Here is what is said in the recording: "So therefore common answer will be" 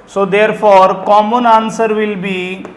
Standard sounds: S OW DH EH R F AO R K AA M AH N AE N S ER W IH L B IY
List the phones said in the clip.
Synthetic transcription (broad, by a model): S OW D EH R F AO R K AA M AH N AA N S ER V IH L B IY